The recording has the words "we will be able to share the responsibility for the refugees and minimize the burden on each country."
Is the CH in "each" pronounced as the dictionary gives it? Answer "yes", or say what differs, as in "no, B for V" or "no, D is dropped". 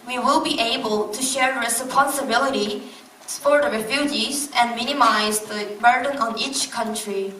yes